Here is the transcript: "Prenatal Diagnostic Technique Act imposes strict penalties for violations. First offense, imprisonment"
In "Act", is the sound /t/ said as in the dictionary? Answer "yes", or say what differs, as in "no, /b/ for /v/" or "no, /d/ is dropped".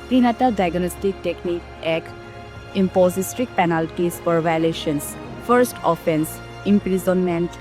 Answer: no, /t/ is dropped